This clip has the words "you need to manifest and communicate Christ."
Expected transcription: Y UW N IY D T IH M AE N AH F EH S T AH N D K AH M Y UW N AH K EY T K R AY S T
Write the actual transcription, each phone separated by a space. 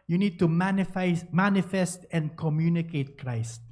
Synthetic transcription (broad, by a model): Y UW N IY D T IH M AE N AH F EH S T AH N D K AH M Y UW N AH K EY T K R AY S T